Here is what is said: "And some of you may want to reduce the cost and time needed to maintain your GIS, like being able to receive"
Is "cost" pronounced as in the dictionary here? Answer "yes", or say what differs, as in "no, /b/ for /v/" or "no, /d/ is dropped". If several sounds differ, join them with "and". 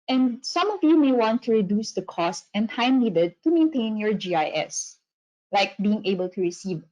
yes